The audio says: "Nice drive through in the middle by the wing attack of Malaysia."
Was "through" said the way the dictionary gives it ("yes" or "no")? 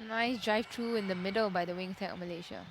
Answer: no